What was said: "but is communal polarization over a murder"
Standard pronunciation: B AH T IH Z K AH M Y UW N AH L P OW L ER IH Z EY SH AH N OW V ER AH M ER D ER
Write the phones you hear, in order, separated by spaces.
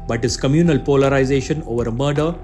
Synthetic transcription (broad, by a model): B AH T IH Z K AH M Y UW N AH L P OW L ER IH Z EY SH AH N OW V ER AH M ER D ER